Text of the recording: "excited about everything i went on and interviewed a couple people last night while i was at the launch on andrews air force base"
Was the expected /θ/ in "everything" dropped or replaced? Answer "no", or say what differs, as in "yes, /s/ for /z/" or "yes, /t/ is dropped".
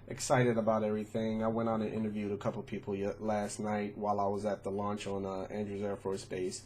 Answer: no